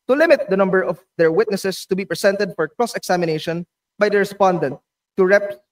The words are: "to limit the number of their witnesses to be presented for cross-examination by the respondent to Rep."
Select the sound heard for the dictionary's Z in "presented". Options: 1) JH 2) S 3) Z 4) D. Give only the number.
2